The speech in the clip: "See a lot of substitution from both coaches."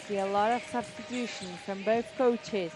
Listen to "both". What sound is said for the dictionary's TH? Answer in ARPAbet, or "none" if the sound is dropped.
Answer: TH